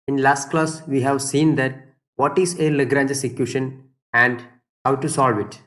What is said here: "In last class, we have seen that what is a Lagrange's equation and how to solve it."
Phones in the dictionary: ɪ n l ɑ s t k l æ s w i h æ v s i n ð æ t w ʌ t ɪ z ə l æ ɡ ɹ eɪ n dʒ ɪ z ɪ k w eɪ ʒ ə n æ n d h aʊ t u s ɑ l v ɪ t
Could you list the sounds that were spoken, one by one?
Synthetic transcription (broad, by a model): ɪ n l ɑ s t k l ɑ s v i h æ v s i n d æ t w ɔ t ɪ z ə l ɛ ɡ ɹ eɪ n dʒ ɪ s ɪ k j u ʃ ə n æ n d h aʊ t u s ɑ l v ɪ t